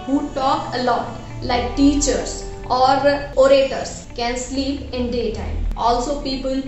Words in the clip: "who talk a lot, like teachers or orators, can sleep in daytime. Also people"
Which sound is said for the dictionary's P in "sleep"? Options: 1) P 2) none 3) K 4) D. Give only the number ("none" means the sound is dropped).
1